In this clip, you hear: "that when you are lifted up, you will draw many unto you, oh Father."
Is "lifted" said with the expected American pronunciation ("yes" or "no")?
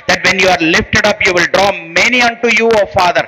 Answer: yes